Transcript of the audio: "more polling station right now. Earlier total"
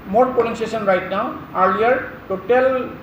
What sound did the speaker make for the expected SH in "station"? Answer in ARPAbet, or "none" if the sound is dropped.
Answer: S